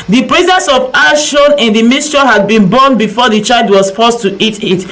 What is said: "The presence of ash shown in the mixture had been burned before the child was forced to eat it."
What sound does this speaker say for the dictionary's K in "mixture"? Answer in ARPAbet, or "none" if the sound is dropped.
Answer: none